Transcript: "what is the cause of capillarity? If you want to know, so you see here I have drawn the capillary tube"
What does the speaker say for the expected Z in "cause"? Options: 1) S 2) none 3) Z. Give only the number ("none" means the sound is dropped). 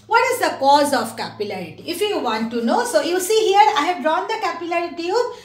3